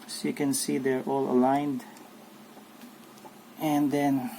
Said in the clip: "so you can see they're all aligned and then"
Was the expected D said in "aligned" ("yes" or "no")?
yes